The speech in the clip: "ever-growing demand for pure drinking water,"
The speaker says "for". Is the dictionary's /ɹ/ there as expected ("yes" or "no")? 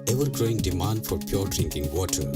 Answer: yes